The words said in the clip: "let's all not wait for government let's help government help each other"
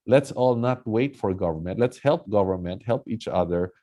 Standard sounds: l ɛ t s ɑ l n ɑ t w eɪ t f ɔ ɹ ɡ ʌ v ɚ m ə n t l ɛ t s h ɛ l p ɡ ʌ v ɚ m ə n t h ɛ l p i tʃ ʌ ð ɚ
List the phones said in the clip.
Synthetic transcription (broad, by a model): l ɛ t s ɑ l n ɑ t w eɪ t f ɔ ɹ ɡ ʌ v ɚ m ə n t l ɛ t s h ɛ l p ɡ ʌ v ɚ m ə n t h ɛ l p i tʃ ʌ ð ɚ